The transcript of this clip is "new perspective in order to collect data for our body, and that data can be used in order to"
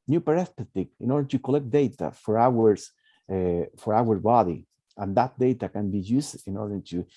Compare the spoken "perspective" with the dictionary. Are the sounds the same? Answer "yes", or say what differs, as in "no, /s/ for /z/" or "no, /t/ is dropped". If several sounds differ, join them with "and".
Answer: no, /k/ is dropped